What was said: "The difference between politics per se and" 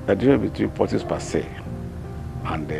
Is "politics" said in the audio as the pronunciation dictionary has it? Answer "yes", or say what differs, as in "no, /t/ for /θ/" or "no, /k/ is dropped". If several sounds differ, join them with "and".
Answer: no, /k/ is dropped